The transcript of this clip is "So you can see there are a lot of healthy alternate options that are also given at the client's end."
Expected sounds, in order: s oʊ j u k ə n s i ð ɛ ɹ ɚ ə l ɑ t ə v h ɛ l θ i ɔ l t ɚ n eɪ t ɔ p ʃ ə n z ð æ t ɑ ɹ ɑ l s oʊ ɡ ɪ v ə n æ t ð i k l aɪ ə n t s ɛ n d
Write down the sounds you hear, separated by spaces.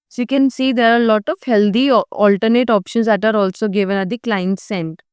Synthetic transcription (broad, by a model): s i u k ə n s i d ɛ ɹ ə l ɑ t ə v h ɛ l t i ɔ l t ɚ n eɪ t ɔ p ʃ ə n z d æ t ɑ ɹ ɑ l s oʊ ɡ ɪ v ə n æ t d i k l aɪ ə n t s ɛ n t